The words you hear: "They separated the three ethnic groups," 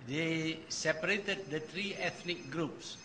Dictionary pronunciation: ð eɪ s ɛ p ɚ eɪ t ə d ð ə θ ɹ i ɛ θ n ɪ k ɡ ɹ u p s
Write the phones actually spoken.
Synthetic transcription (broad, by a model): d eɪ s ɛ p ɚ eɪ t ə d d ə t ɹ i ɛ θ n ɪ k ɡ ɹ u p s